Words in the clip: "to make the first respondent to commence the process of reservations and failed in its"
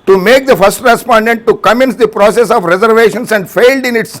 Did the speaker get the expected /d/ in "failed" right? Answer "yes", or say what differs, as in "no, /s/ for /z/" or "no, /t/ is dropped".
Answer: yes